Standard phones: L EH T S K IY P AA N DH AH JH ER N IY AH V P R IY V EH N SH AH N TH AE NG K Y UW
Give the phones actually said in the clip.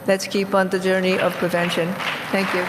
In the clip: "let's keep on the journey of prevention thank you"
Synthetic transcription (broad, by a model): L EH T S K IY P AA N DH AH JH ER N IY AH V P R IY V EH N SH AH N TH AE NG K Y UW